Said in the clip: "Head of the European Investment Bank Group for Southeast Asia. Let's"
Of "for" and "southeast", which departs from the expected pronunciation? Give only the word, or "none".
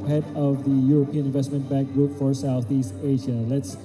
none